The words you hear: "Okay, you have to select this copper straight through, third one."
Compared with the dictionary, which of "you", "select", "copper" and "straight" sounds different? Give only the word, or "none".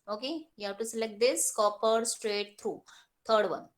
none